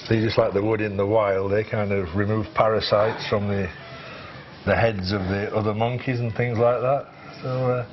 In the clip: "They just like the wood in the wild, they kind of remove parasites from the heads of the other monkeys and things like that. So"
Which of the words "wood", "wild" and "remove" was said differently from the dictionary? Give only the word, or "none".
none